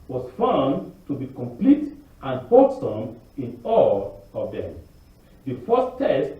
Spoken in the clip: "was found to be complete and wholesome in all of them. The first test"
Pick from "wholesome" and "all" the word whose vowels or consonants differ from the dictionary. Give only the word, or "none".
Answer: wholesome